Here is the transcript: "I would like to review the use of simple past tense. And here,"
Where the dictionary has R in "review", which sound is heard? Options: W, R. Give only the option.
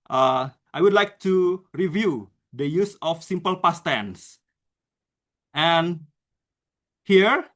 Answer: R